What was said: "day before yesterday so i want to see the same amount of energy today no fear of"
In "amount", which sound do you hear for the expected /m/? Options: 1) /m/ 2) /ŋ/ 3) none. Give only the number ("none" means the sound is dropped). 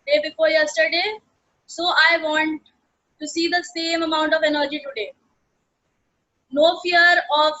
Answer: 1